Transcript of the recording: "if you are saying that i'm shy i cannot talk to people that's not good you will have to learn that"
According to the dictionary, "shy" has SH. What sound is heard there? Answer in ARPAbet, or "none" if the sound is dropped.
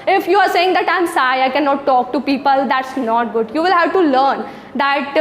S